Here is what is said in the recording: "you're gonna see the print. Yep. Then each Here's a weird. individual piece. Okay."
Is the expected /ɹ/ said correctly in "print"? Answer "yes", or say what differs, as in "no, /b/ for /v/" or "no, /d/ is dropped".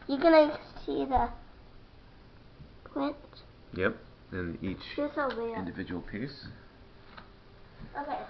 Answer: no, /l/ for /ɹ/